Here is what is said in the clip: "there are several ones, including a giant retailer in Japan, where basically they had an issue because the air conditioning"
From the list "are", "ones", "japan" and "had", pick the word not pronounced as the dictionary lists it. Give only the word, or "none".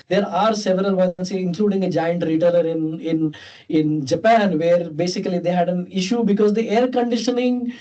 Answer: ones